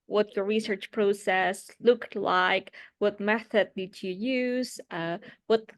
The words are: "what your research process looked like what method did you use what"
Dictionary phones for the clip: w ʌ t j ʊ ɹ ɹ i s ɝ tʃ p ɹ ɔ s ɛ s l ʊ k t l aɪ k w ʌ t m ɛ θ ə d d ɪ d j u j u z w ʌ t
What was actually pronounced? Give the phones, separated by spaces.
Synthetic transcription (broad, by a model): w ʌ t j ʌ ɹ ɹ i s ɝ tʃ p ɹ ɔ s ɛ s l ʊ k t l aɪ k w ʌ t m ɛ θ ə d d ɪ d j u j u z w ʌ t